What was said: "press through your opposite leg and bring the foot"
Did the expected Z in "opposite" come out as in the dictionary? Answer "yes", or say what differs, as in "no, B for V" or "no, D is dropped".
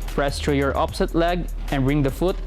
no, S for Z